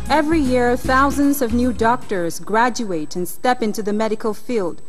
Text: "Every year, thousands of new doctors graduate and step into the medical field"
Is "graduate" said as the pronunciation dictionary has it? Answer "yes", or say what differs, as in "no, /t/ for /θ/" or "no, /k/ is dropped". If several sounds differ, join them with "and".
yes